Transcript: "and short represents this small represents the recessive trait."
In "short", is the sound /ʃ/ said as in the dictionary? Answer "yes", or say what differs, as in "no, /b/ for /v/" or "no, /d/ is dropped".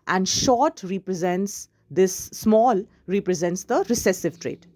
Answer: yes